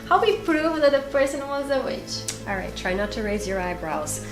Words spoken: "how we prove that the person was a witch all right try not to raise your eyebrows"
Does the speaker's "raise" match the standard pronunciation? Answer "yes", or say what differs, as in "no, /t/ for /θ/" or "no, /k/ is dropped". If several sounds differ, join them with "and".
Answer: yes